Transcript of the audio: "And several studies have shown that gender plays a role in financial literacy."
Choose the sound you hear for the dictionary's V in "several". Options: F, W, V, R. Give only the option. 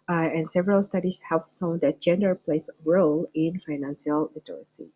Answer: V